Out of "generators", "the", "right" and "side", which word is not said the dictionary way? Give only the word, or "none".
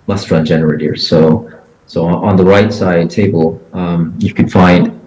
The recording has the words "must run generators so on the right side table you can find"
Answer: generators